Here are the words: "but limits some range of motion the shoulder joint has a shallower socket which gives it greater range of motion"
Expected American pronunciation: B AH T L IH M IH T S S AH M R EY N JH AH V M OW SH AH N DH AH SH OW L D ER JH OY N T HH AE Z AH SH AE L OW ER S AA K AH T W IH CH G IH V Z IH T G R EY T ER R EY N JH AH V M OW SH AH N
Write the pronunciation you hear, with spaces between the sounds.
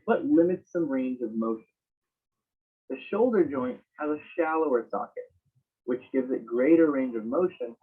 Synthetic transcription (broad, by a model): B AH T L IH M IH T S S AH M R EY N JH AH V M OW SH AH N DH AH SH OW L D ER JH OY N T HH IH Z AH SH AE L OW ER S AA K AH T W IH CH G IH V Z IH T G R EY T ER R EY N JH AH V M OW SH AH N